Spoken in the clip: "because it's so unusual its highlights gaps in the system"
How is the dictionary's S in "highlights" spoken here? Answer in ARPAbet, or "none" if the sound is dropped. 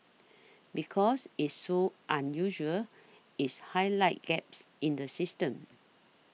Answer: none